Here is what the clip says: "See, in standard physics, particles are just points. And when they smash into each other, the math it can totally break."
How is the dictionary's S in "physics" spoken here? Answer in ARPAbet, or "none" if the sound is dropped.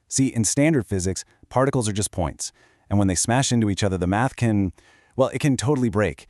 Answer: S